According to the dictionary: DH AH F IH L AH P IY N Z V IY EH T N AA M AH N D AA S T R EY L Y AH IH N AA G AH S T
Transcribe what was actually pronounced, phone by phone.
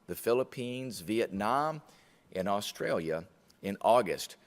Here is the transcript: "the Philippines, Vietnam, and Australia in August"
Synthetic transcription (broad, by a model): DH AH F IH L AH P IY N Z V IY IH T N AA M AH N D AA S T R EY L Y AH IH N AA G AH S T